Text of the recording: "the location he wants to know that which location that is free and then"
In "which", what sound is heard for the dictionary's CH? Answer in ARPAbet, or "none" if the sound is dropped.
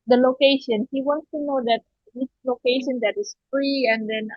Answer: S